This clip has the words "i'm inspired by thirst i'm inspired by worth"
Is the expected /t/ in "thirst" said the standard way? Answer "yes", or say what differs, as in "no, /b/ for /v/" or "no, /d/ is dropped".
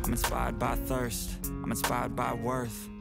yes